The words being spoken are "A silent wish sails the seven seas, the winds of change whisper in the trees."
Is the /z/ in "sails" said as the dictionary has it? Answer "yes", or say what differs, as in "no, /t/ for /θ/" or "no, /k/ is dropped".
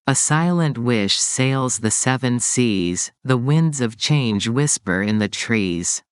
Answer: yes